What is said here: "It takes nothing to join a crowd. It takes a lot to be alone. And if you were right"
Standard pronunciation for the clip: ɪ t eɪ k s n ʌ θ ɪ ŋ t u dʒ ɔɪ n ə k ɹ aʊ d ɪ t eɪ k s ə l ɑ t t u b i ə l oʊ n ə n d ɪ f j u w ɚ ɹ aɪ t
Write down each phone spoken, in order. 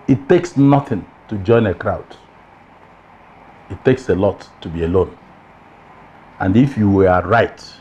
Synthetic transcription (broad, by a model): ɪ t eɪ k s n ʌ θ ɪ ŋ t u dʒ ɔɪ n ə k ɹ aʊ d ɪ t eɪ k s ə l ɑ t t u b i ə l oʊ n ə n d ɪ f j u w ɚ ɹ aɪ t